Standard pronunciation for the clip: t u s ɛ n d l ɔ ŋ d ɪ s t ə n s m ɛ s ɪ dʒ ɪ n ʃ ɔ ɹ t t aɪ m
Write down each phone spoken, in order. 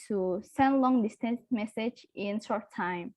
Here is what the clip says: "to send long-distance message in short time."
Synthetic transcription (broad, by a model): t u s ɛ n d l ɔ ŋ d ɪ s t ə n s m ɛ s ɪ dʒ ɪ n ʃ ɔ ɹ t t aɪ m